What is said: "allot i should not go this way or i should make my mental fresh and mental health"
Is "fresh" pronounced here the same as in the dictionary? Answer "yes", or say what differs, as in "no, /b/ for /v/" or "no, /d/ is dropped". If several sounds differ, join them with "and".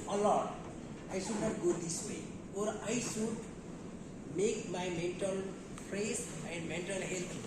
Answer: no, /s/ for /ʃ/